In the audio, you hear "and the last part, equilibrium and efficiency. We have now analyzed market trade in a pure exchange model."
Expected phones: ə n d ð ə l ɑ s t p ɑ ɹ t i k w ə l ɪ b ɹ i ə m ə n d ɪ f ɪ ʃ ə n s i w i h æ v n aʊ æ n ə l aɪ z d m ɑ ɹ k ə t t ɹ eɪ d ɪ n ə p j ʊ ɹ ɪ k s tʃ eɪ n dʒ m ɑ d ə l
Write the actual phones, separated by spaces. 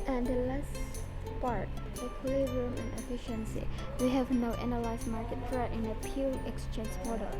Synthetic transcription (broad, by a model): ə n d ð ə l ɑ s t p ɑ ɹ t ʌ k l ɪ ɹ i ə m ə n ɪ f ɪ ʃ ə n s i w i h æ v n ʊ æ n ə l aɪ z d m ɑ ɹ k ə t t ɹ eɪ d ɪ n ə p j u l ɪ k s tʃ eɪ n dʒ m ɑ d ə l